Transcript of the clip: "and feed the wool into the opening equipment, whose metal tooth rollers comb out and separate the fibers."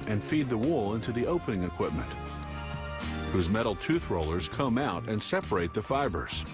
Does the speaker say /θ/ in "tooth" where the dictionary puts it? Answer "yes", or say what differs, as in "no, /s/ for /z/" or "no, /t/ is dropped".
yes